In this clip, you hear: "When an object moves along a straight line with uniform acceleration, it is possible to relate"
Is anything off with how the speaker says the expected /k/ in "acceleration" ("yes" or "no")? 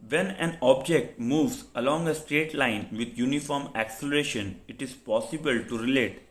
no